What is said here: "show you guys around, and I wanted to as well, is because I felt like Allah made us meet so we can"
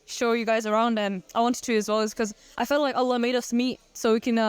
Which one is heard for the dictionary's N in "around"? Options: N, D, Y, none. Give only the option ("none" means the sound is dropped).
N